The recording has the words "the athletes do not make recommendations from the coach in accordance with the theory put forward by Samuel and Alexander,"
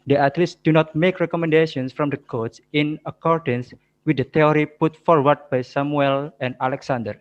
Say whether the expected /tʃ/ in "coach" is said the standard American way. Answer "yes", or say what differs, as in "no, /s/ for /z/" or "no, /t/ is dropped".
no, /s/ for /tʃ/